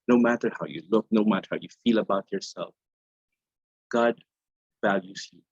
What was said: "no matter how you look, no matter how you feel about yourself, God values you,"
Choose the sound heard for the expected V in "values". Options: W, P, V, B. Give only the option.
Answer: V